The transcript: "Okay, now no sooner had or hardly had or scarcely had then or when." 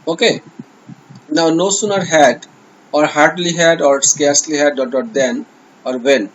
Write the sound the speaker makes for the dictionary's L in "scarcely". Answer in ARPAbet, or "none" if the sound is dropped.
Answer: L